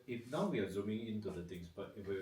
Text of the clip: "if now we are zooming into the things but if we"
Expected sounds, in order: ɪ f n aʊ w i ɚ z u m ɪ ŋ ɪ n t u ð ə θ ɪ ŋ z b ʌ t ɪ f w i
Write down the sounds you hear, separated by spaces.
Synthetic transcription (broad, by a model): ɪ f n aʊ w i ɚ z u m ɪ ŋ ɪ n t u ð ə t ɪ ŋ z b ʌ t ɪ f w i